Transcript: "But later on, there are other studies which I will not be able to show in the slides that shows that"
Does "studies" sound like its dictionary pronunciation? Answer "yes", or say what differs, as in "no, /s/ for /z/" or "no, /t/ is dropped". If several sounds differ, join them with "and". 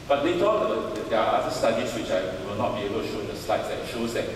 no, /s/ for /z/